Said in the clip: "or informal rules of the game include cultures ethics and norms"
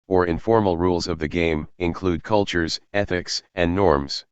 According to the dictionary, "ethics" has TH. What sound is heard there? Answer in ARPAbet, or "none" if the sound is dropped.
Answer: TH